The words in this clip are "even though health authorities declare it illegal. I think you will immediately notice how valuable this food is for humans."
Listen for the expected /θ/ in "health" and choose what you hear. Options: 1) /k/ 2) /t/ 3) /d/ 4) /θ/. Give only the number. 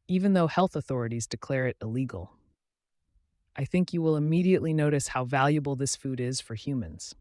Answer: 4